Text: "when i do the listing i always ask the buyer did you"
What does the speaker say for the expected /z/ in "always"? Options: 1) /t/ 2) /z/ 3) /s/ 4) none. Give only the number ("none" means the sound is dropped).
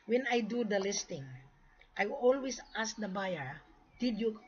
3